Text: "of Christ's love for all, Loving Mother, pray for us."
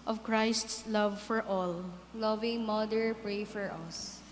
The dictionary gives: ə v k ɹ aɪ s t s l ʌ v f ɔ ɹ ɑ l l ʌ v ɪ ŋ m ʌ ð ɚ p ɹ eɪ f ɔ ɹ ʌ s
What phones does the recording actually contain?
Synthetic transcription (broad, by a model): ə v k ɹ aɪ s t s l ʌ v f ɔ ɹ ɑ l l ʌ v ɪ ŋ m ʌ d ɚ p ɹ eɪ f ɔ ɹ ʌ s